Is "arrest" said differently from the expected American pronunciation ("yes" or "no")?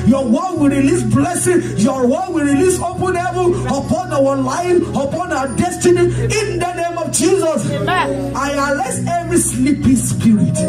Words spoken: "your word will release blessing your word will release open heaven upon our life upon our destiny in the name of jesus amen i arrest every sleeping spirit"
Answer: yes